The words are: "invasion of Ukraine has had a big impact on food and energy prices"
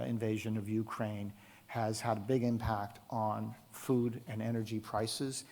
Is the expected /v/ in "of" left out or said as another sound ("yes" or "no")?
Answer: no